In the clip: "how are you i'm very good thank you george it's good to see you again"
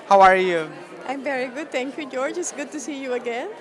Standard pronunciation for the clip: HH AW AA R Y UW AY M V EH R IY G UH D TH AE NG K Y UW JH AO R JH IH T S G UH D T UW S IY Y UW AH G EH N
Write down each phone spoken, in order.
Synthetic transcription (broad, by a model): HH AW AA R Y UW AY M V EH R IY G UH D T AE NG K Y UW JH AO R JH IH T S G UH D T UW S IY Y UW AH G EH N